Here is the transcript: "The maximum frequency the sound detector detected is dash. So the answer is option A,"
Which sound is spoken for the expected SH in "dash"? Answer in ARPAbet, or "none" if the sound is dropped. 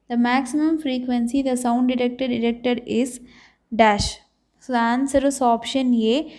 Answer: SH